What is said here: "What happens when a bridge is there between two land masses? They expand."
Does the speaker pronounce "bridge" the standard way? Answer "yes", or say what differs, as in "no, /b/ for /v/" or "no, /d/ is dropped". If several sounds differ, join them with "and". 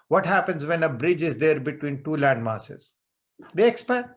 yes